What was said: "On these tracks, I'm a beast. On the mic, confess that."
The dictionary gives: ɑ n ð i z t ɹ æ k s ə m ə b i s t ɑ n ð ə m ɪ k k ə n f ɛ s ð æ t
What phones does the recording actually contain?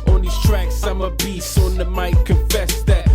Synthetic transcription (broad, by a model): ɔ n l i s t ɹ æ k s ə m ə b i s ɑ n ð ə m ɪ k k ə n f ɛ s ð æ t